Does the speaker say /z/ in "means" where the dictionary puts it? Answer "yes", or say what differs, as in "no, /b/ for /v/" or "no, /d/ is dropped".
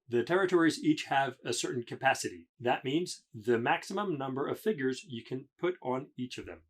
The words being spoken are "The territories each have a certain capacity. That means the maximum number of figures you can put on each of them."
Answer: yes